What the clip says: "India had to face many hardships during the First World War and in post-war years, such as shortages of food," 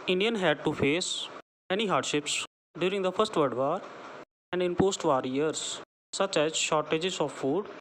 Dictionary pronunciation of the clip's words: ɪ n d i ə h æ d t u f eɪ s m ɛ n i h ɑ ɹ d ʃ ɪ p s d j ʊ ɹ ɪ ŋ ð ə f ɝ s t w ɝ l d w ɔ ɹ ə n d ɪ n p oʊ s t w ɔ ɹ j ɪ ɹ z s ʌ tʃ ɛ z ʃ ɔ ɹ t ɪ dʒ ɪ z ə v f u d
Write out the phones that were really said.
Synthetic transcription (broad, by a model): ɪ n d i ə h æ d t u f eɪ s m ɛ n i h ɑ ɹ d ʃ ɪ p s d j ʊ ɹ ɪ ŋ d ə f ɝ s t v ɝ d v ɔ ɹ ə n d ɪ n p oʊ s t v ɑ ɹ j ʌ ɹ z s ʌ tʃ ɛ z ʃ ɔ ɹ t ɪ dʒ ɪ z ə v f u d